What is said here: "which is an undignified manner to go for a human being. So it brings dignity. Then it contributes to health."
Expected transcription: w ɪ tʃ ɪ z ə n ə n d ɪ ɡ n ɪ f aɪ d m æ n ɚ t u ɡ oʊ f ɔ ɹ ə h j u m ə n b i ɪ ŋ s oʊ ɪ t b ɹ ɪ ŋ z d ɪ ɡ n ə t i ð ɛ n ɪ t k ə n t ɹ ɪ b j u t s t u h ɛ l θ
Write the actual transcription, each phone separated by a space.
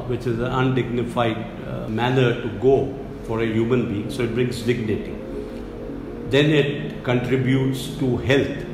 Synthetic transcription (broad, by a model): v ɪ tʃ ɪ z ə n ə n d ɪ ɡ n ɪ f aɪ d m æ n ɚ t u ɡ oʊ f ɔ ɹ ə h j u m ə n b i ɪ ŋ s oʊ ɪ t b ɹ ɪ ŋ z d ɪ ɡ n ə t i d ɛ n ɪ t k ə n t ɹ ɪ b j u t s t u h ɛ l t